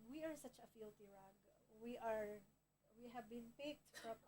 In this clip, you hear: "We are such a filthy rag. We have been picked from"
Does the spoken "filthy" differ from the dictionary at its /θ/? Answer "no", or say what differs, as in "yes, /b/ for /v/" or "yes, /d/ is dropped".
yes, /t/ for /θ/